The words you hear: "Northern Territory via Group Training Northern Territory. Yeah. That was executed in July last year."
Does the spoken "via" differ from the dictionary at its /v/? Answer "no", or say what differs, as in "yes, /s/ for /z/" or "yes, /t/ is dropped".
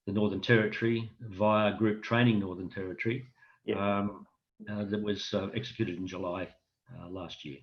no